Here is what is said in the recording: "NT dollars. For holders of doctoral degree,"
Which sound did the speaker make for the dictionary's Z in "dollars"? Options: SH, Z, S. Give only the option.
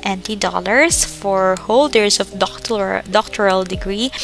S